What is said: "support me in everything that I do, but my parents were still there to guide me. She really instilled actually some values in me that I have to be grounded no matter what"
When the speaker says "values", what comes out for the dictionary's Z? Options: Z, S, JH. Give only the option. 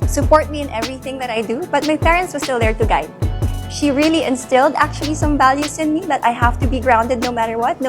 S